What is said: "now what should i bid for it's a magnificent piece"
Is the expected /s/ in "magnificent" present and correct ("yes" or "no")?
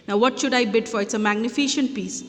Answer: no